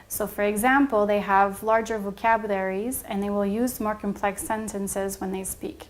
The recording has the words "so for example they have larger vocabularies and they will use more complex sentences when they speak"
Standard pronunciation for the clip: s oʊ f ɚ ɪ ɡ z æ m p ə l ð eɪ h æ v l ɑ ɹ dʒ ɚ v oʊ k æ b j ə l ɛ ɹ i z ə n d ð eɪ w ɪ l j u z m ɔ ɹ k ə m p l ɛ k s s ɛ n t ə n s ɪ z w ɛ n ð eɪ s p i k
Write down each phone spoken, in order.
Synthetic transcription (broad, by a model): s oʊ f ɚ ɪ ɡ z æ m p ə l ð eɪ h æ v l ɑ ɹ dʒ ɚ v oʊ k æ b j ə l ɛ ɹ i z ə n ð eɪ w ɪ l j u z m ɔ ɹ k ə m p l ɛ k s s ɛ n t ə n s ɪ z w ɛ n ð eɪ s p i k